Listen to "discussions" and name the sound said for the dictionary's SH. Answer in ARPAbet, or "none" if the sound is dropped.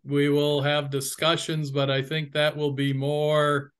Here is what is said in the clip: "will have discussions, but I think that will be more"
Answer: SH